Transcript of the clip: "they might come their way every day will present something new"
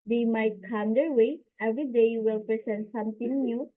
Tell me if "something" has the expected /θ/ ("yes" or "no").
no